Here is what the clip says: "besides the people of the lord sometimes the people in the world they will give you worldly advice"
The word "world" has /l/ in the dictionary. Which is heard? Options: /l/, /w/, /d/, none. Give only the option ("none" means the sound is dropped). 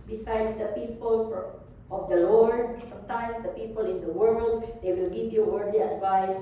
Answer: /l/